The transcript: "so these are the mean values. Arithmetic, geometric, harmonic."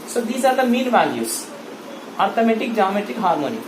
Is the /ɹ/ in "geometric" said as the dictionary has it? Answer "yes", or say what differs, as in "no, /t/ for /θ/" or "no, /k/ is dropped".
no, /ɹ/ is dropped